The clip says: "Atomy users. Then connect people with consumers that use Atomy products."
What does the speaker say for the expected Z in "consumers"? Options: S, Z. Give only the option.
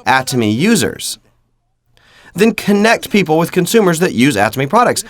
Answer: Z